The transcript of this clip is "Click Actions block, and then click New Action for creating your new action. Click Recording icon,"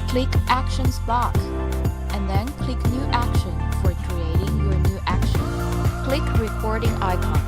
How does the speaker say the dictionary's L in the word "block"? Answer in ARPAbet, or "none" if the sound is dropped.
none